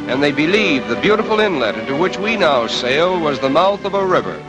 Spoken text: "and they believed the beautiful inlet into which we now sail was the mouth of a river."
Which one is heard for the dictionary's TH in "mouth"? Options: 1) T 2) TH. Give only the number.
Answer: 2